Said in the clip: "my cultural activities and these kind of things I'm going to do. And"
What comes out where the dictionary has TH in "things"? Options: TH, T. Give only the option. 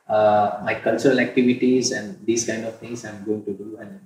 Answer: T